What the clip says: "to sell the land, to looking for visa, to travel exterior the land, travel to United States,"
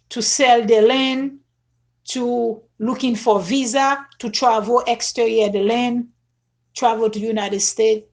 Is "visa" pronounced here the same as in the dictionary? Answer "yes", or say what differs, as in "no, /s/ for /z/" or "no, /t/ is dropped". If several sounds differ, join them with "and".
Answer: yes